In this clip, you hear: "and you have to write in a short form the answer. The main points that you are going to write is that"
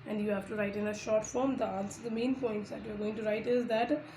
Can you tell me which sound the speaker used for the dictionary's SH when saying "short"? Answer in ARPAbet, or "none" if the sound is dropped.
SH